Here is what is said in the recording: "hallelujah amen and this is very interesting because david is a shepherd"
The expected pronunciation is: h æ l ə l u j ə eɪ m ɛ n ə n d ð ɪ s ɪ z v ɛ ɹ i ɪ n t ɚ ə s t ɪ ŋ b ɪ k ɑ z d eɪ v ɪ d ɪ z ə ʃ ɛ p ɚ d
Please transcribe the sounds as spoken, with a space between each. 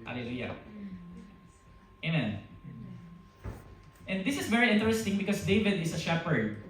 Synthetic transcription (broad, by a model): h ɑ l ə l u j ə eɪ m ɛ n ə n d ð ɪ s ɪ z v ɛ ɹ i ɪ n t ɚ ə s t ɪ ŋ b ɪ k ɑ s d eɪ v ɪ d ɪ s ə ʃ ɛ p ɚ d